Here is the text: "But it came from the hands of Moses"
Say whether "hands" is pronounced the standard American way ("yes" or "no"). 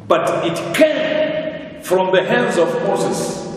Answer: yes